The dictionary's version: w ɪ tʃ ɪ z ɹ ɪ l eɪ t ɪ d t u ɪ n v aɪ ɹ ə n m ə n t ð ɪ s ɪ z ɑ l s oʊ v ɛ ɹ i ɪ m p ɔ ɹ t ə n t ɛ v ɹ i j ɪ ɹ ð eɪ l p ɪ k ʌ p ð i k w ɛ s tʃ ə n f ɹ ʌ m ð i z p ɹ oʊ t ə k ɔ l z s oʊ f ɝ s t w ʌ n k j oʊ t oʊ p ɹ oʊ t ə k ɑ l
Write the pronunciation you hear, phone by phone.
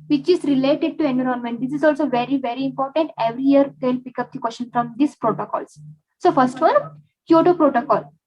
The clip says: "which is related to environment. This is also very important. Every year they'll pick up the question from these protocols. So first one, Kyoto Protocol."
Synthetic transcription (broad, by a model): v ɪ tʃ ɪ z ɹ ɪ l eɪ t ɪ d t u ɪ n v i ɹ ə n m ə n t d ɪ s ɪ z ɑ l s oʊ v ɛ ɹ i ɪ m p ɔ ɹ t ə n t ɛ v ɹ i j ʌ ɹ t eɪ l p ɪ k ʌ p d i k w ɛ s ʃ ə n f ɹ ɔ m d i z p ɹ oʊ t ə k ɔ l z s oʊ f ɝ s t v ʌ n k j oʊ t oʊ p ɹ oʊ t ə k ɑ l